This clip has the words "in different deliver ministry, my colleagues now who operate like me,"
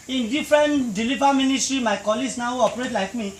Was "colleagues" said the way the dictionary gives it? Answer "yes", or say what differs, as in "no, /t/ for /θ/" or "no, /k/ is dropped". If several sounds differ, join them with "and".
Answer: no, /s/ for /z/